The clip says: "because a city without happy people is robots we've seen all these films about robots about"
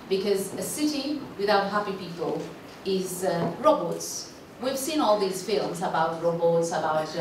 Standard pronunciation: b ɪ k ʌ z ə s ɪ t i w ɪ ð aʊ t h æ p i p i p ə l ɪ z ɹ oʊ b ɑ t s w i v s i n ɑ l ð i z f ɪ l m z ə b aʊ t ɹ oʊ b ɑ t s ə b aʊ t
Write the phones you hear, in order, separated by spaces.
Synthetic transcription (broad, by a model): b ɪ k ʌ z ə s ɪ t i w ɪ ð aʊ t h æ p i p i p ə l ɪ z ɹ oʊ b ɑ t s w i v s i n ɑ l ð i z f ɪ l m z ə b aʊ t ɹ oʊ b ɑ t s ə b aʊ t